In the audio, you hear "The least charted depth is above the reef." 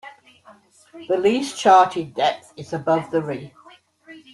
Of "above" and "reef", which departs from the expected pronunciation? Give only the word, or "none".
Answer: reef